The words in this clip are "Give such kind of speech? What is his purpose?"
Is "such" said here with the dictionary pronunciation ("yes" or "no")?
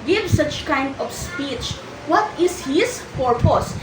yes